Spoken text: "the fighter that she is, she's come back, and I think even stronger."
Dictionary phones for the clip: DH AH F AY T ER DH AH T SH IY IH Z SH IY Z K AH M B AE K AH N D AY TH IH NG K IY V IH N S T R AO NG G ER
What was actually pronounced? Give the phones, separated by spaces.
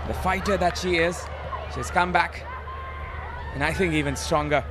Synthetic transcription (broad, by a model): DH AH F AY T ER DH AH T SH IY IH Z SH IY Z K AH M B AE K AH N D AY TH IH NG K IY V IH N S T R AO NG G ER